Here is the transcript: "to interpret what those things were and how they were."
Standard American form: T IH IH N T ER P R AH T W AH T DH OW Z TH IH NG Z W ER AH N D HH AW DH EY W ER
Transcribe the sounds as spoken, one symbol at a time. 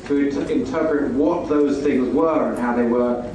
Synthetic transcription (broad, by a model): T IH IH N T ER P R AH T W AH T DH OW Z TH IH NG Z W ER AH N HH AW DH EY W ER